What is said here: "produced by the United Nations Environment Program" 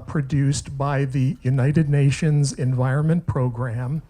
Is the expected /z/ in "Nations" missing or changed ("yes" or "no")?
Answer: no